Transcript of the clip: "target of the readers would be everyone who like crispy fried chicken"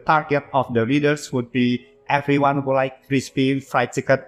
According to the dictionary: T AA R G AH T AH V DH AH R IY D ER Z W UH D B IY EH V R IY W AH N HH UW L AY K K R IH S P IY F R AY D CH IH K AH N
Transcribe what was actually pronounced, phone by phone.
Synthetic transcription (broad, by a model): T AA R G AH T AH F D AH L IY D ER S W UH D B IY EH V R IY W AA N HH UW L AY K K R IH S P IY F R AY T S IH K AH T